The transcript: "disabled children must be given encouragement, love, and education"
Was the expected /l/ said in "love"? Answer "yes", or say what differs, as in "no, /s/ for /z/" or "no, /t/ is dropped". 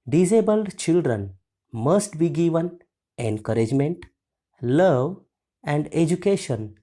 yes